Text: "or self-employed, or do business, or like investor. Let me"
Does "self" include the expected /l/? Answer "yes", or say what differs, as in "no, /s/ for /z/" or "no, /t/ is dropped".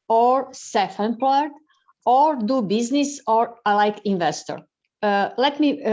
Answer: no, /l/ is dropped